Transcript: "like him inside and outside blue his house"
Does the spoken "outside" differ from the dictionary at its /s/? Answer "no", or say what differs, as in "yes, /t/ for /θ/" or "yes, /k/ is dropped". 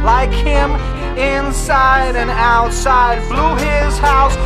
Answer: no